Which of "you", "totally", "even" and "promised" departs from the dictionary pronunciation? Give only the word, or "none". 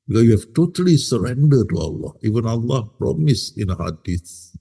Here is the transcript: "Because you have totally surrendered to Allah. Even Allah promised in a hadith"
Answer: promised